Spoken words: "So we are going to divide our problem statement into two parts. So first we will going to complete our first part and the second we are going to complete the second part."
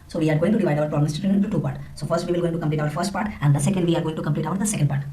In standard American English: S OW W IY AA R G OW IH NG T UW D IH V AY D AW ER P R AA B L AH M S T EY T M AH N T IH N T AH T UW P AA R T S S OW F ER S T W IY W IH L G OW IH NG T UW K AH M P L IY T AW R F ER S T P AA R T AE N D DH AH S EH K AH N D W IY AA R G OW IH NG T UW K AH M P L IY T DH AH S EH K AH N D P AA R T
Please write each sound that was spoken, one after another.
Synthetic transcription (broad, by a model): S OW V IY AA R G OW IH NG T UW D IH V AY D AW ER P R AA B L AH M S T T AH T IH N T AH T UW P AA R T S S OW F ER S T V IY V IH L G OW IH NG T UW K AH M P L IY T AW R F ER S T P AA R T AE N D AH S EH K AH N D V IY AA R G OW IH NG T UW K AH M P L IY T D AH S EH K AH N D P AA R T